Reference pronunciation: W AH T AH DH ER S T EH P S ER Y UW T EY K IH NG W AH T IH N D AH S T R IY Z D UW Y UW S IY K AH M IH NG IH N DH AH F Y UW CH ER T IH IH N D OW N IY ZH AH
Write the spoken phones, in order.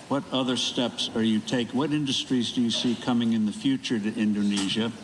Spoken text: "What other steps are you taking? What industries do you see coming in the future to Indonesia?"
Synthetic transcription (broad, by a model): W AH T AH DH ER S T EH P S ER Y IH T EY IH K W AH T IH N D AH S T R IY Z D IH Y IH S IY K AH M IH NG IH N DH AH F Y UW CH ER T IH IH N D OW N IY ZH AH